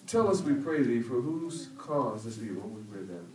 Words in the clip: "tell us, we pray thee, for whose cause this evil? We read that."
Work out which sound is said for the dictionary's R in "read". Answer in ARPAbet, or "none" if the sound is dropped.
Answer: W